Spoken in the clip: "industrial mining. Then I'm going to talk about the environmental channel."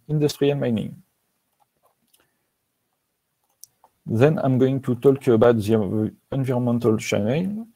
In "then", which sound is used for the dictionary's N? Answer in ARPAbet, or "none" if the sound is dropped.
N